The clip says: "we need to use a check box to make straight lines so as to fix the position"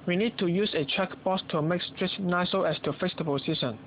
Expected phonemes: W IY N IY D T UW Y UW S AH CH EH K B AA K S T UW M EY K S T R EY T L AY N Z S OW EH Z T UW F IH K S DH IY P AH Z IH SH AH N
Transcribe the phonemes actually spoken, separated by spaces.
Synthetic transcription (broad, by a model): W IY N IY D T UW Y UW S AH CH EH K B AA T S T UW M EY K S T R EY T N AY S OW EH S T UW F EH S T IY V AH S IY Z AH N